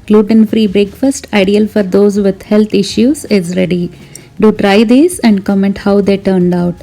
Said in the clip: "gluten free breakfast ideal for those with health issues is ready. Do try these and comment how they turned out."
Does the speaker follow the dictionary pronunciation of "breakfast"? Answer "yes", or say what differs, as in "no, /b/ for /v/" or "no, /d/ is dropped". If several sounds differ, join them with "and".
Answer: yes